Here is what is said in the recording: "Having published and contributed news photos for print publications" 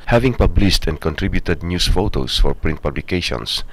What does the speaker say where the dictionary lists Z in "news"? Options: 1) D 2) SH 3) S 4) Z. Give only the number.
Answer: 3